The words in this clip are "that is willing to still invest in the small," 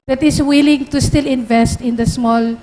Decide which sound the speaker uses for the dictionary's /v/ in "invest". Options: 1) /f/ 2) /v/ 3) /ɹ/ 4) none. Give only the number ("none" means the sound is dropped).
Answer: 2